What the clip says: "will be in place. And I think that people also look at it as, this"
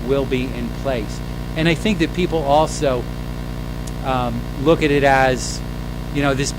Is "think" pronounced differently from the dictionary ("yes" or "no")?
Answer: no